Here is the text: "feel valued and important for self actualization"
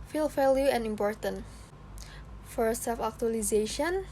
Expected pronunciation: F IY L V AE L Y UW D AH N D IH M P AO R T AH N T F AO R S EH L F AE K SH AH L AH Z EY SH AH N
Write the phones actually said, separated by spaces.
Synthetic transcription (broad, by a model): F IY L F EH L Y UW AH N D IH M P AO R T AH N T F AO R S EH L F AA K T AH L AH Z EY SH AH N